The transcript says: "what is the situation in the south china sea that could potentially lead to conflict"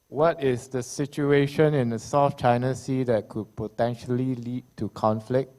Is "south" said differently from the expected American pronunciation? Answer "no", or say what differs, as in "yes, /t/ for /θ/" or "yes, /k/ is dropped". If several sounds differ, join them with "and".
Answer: yes, /f/ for /θ/